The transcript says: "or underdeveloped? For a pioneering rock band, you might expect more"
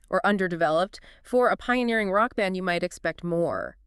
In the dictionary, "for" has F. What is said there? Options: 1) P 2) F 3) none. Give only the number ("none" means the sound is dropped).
2